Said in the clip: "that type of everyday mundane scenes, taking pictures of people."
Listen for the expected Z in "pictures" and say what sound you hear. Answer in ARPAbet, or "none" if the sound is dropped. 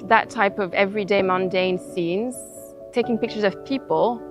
Z